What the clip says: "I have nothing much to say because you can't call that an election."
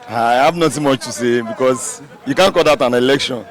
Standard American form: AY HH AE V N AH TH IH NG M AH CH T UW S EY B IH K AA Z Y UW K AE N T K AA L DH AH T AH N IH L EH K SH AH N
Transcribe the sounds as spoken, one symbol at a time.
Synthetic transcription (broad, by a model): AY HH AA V N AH T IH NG M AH CH T UW S EY B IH K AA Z Y UW K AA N K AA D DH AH T AH N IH L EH K SH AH N